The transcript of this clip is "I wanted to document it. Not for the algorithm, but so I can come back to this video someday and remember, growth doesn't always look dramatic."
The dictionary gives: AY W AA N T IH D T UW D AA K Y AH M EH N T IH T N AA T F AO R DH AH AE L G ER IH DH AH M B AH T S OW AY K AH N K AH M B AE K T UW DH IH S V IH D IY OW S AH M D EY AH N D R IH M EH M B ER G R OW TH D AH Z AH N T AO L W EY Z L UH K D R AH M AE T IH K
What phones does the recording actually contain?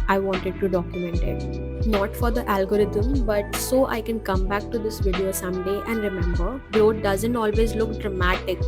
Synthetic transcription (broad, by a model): AY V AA N T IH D T UW D AA K Y AH M EH N T IH T N AA T F AO R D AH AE L G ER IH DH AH M B AH T S OW AY K AH N K AH M B AE K T UW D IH S V IH D IY OW S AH M D EY AH N D R IH M EH M B ER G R OW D D AH Z AH N T AO L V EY Z L UH K D R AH M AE T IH K